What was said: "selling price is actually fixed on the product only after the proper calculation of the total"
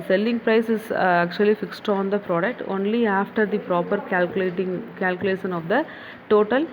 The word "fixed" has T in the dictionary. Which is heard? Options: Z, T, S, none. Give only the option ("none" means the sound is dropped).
T